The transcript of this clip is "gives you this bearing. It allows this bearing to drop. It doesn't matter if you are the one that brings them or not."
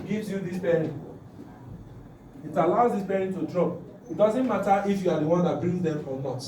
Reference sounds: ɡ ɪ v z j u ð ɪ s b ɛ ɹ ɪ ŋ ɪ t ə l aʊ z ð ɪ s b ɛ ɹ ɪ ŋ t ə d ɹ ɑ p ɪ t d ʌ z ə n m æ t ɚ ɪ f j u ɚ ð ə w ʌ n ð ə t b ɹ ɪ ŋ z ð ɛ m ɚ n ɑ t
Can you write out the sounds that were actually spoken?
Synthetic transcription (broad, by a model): ɡ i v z j u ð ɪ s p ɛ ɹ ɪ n ɪ t ə l aʊ z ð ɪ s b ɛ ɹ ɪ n t ə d ɹ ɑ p ɪ t d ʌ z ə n m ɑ t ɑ ɪ f j u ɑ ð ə w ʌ n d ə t b ɹ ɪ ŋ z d ɛ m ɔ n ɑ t